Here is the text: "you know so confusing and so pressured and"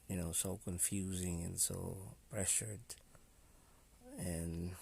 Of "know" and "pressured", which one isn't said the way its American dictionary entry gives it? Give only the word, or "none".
none